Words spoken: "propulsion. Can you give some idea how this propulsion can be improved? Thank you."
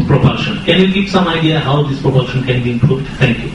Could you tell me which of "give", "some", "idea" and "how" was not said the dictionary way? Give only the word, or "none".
give